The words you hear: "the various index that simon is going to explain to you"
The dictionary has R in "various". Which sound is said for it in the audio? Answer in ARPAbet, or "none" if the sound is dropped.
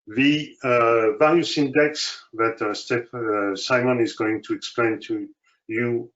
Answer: L